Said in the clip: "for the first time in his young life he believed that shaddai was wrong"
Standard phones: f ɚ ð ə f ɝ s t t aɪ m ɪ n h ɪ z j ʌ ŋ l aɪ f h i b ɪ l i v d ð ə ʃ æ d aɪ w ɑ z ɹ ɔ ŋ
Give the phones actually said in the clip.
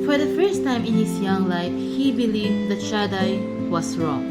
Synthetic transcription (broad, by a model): f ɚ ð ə f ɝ s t t aɪ m ɪ n h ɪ s j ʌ ŋ l aɪ f h i b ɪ l i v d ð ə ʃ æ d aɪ w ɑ s ɹ ɔ ŋ